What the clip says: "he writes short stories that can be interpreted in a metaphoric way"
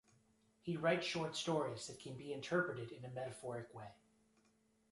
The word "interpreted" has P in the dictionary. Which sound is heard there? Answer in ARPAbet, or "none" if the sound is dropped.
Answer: P